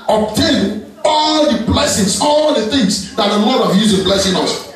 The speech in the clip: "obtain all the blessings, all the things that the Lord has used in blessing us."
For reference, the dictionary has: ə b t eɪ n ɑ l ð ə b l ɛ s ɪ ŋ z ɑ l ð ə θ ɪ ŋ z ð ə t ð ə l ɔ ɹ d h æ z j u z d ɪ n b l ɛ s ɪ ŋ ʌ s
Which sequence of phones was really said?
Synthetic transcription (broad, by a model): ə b t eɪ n ɑ l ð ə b l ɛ s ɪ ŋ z ɑ l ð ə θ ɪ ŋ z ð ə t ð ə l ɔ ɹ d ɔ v j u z ɪ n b l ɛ s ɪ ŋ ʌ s